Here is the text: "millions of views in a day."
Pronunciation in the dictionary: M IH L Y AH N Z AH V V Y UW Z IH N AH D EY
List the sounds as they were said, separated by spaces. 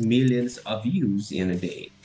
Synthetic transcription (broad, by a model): M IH L Y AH N Z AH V V Y UW Z IH N AH D EY